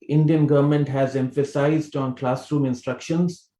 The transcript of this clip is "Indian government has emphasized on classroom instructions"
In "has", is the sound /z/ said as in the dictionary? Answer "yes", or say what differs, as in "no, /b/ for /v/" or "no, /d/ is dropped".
yes